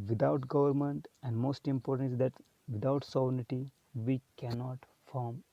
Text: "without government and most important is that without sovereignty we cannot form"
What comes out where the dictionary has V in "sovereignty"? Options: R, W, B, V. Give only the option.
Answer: B